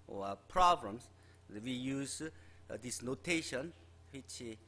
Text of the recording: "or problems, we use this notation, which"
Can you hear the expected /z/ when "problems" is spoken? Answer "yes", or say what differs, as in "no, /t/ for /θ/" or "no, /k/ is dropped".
no, /s/ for /z/